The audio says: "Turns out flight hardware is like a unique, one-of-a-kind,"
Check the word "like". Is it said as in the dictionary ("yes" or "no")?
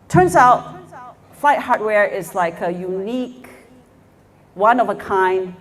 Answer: yes